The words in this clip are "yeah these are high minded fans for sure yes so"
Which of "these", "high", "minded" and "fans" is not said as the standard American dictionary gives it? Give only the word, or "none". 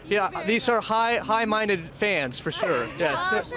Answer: none